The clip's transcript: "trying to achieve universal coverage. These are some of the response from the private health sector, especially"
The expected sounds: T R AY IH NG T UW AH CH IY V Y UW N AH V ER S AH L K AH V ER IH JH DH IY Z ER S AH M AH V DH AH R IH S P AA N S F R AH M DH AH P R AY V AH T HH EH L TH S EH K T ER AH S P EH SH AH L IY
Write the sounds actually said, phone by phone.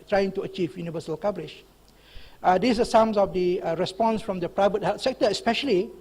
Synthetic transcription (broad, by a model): T R AY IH NG T UW AH CH IY V Y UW N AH V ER S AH L K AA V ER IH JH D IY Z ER S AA M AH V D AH R IH S P AA N S F R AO M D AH P R AY V AH T HH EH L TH S EH K T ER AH S P EH SH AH L IY